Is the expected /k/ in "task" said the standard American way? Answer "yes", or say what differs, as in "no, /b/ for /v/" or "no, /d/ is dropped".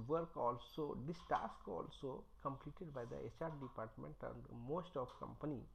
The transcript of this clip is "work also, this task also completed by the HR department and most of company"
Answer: yes